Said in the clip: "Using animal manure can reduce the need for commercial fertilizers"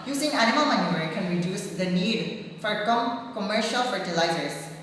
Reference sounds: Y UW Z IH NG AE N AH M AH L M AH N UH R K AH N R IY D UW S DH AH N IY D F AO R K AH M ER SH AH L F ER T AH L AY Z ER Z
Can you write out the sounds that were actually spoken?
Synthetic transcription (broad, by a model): Y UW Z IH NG AE N AH M AH L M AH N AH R K AH N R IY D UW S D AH N IY D F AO R K AH M ER SH AH L F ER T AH L AY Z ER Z